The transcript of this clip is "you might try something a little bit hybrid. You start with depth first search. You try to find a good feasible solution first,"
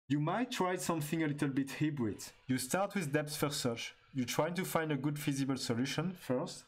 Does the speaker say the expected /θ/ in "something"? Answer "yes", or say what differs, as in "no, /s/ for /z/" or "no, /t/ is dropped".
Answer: yes